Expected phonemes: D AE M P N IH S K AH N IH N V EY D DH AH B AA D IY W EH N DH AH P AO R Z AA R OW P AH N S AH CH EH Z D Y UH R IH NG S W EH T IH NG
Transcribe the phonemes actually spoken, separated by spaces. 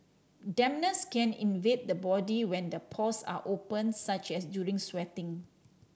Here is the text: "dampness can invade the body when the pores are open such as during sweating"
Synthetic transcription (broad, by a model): D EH M N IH S K AH N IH N V EY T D AH B AA D IY W EH N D AH P AO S AA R OW P AH N S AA CH EH S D Y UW R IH NG S W EH T IH NG